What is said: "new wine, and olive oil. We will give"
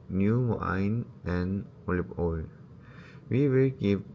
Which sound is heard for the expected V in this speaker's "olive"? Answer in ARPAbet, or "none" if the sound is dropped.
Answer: P